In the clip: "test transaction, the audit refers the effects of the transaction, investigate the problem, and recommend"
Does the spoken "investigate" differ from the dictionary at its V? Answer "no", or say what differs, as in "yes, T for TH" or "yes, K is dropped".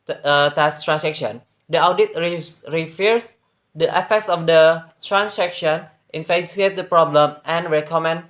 yes, F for V